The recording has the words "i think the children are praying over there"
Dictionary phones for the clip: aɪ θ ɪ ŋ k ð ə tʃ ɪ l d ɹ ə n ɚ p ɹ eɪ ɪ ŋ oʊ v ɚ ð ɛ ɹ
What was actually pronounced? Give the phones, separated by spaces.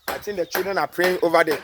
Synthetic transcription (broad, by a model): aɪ t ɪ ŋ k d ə tʃ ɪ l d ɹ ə n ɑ p ɹ eɪ ɪ ŋ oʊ v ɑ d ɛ